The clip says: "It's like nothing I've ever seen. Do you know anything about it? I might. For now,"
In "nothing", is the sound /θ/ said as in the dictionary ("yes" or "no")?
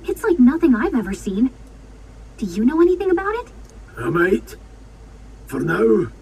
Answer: yes